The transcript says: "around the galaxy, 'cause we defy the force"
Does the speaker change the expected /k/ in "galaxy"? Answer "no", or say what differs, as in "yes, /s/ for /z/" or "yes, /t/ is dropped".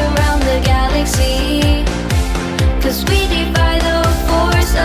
no